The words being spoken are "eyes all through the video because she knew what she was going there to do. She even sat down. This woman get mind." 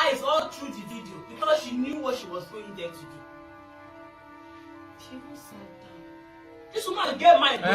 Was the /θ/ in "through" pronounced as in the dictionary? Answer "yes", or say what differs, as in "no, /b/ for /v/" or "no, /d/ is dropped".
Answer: no, /t/ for /θ/